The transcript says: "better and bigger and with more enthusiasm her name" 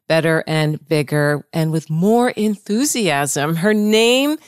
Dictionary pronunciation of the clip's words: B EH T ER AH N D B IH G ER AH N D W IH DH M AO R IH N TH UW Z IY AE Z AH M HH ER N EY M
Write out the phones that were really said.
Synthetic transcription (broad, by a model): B EH T ER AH N B IH G ER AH N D W IH DH M AO R IH N TH UW Z IY AE Z AH M HH ER N EY M